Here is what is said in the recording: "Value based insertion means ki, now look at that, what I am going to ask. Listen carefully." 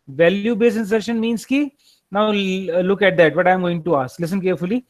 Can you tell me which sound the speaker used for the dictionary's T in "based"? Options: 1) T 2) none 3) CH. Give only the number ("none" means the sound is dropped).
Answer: 2